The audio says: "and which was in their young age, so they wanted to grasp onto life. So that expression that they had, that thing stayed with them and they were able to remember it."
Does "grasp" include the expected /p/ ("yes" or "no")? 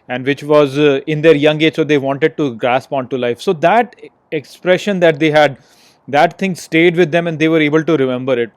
yes